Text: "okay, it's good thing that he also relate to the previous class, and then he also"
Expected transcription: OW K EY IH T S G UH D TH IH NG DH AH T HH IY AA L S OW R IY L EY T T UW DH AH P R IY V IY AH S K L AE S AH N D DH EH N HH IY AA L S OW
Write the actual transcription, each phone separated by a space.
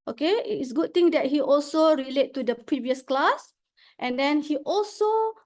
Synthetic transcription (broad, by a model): OW K EY IH T S G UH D T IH NG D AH T HH IY AA L S OW R IY L EY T T UW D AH P R IY V IY AH S K L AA S AH N D EH N HH IY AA L S OW